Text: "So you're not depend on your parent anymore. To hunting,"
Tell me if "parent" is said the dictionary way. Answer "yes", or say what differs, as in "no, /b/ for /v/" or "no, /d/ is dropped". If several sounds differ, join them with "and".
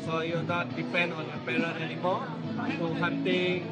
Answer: no, /t/ is dropped